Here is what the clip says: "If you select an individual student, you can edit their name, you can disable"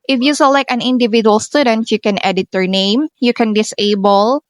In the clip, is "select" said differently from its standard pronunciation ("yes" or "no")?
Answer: yes